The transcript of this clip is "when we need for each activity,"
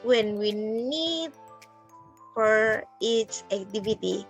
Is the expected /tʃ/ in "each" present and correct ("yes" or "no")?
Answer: no